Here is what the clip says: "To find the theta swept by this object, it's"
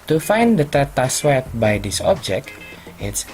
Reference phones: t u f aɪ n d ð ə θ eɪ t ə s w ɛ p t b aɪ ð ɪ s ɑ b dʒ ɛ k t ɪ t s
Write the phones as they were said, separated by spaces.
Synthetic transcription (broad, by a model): t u f aɪ n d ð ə t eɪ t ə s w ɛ t b aɪ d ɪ s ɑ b dʒ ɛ k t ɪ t s